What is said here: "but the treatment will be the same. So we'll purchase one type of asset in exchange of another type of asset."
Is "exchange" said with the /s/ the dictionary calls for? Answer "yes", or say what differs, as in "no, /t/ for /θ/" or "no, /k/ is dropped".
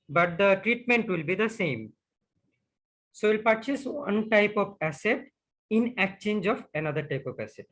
no, /s/ is dropped